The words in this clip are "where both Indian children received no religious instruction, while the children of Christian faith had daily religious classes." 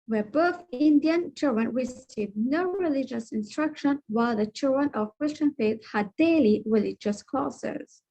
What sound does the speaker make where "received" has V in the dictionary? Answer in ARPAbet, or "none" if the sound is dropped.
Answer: none